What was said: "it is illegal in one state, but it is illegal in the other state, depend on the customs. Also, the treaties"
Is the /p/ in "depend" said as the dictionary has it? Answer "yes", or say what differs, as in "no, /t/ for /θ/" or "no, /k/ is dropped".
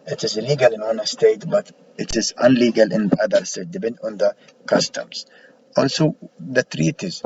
no, /b/ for /p/